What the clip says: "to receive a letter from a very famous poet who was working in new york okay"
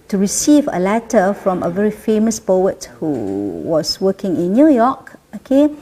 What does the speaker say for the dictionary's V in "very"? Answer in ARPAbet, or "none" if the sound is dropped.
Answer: V